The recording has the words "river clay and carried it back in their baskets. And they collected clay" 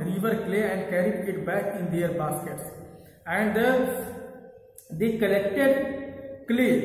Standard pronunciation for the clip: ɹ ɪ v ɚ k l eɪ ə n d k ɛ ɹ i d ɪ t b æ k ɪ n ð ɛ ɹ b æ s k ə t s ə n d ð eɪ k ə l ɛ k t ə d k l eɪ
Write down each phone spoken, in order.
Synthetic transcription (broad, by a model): ɹ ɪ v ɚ k l eɪ ə n d k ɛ ɹ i ɪ t b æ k ɪ n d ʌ ɹ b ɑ s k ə t s ə n d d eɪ k ə l ɛ k t ə d k l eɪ